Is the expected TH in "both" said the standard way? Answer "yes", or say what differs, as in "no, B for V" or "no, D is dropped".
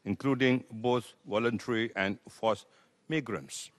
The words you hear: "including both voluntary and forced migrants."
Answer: no, T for TH